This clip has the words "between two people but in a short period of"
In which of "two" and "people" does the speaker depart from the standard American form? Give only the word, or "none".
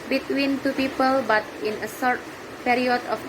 none